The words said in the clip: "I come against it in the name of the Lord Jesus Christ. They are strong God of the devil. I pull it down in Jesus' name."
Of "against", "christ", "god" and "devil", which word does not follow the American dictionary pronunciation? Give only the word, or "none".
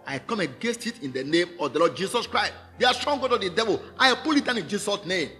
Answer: none